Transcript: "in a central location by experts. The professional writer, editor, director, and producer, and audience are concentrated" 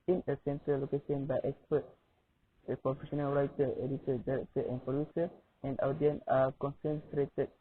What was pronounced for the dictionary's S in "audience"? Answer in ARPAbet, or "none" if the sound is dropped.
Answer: none